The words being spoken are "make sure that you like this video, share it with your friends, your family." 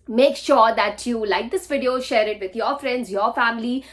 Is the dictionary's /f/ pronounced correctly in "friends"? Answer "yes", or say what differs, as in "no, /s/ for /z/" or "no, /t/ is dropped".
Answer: yes